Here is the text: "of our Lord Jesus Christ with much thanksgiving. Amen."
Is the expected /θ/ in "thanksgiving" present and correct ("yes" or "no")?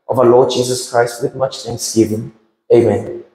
no